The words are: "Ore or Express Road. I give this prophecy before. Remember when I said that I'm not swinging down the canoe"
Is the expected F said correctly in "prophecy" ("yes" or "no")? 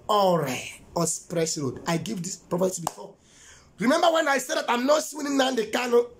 no